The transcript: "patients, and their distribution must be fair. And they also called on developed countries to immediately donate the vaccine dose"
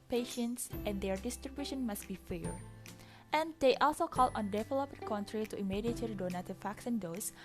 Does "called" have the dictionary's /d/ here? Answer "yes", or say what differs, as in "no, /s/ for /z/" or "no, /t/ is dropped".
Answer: no, /d/ is dropped